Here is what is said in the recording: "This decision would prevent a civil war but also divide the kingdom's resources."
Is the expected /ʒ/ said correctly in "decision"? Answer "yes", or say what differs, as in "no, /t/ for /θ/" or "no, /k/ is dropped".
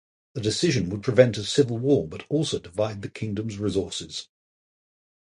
yes